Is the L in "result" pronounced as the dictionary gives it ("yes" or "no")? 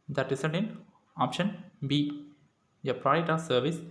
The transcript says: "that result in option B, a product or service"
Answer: no